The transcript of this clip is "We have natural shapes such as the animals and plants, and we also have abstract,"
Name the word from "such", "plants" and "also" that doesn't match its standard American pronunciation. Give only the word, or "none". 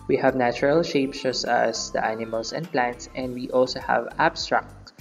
such